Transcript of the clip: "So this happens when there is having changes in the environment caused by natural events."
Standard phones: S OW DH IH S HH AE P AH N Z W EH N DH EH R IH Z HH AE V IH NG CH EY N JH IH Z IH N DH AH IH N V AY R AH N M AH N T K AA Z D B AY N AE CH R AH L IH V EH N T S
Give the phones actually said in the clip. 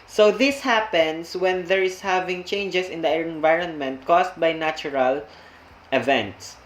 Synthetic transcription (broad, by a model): S OW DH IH S HH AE P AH N S W EH N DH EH R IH S HH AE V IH NG CH EY N JH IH S IH N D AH IH N V AY R AH N M AH N T K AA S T B AY N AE CH R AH L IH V EH N T S